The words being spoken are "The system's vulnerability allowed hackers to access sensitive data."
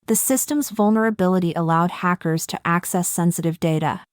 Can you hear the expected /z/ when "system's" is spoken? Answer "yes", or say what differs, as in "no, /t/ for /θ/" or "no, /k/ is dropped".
yes